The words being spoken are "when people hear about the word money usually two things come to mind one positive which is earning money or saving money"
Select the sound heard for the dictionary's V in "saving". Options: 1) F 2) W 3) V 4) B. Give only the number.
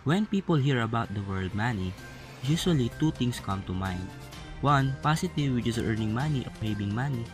4